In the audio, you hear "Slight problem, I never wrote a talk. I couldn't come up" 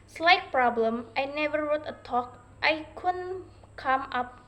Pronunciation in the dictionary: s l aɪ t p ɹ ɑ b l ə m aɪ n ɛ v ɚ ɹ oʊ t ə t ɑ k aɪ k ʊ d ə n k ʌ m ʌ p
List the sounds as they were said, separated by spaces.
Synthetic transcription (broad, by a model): s l aɪ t p ɹ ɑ b l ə m aɪ n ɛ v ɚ ɹ oʊ t ə t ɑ k aɪ k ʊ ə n k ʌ m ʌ p